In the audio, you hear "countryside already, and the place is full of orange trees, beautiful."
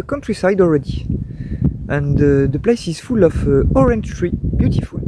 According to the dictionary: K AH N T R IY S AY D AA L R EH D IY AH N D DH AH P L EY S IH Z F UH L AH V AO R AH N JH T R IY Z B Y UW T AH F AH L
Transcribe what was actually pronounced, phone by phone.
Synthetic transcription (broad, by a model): K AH N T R IY S AY D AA L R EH D IY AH N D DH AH P L EY S IH Z F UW L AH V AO R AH N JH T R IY B Y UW T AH F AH L